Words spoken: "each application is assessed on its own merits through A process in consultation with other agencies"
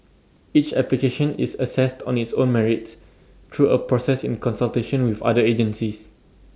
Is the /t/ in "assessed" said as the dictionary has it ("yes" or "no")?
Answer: yes